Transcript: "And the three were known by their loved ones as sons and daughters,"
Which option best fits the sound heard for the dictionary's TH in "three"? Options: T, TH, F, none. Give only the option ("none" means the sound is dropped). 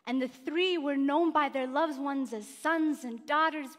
TH